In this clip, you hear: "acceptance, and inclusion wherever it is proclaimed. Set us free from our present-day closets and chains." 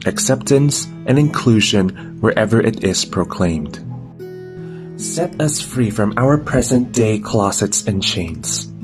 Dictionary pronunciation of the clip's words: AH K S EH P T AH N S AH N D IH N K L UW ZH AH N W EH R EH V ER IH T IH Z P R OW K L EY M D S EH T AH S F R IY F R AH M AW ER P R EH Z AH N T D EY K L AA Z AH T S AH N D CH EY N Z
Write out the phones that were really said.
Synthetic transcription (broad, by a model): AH K S EH P T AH N S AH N IH N K L UW ZH AH N W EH R EH V ER IH T IH Z P R OW K L EY M D S EH T AH S F R IY F R AH M AW ER P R EH Z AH N D EY K L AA S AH T S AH N CH EY N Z